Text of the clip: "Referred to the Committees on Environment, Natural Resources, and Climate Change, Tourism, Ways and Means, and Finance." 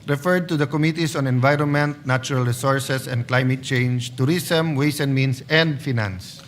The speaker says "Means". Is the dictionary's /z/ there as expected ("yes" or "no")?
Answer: no